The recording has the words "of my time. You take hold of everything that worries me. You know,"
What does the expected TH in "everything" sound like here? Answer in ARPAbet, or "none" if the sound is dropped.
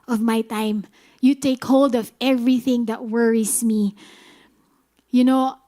TH